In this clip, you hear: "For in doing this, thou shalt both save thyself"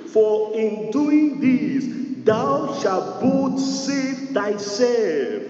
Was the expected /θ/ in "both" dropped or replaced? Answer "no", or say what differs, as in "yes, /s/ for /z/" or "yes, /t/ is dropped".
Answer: yes, /t/ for /θ/